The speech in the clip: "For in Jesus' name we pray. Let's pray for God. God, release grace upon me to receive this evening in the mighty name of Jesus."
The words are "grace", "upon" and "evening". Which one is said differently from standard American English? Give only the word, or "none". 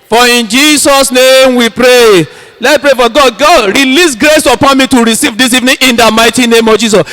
none